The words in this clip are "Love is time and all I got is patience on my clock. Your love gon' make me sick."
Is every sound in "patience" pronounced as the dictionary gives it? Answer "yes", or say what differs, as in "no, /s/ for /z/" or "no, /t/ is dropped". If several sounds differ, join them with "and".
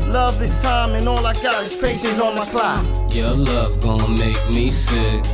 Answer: no, /s/ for /ʃ/